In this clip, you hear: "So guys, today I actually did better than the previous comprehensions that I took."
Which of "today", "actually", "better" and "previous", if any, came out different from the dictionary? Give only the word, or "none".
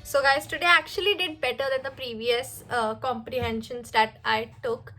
none